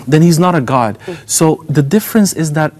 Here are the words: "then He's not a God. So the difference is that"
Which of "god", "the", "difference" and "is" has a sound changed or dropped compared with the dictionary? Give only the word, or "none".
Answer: none